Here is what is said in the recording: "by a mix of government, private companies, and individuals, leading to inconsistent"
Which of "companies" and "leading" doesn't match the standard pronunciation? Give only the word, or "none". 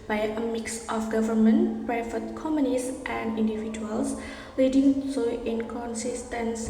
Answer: companies